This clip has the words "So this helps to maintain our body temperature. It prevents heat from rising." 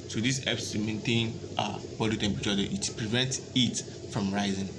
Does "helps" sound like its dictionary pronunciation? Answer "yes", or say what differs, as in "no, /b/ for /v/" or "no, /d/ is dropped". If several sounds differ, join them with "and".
no, /l/ is dropped